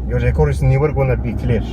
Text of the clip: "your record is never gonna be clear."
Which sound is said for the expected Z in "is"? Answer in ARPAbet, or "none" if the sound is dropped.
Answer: S